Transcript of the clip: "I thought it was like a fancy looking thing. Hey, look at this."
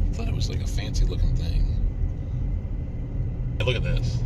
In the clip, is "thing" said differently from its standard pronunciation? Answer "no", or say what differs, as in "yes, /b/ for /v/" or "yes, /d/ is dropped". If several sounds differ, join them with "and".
no